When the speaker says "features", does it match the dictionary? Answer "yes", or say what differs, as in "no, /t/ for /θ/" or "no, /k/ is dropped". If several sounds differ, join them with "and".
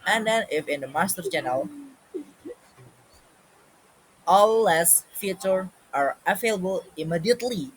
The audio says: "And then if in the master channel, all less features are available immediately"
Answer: no, /z/ is dropped